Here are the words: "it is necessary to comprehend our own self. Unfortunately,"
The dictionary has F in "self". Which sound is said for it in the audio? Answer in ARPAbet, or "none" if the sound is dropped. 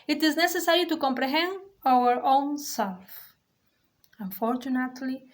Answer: F